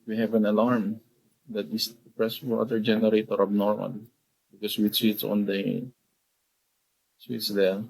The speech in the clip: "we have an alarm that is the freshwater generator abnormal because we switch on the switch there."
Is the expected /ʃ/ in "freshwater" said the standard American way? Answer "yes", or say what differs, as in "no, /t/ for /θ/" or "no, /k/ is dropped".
no, /s/ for /ʃ/